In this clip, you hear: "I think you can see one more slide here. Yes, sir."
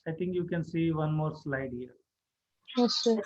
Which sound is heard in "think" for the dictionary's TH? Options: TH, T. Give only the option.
T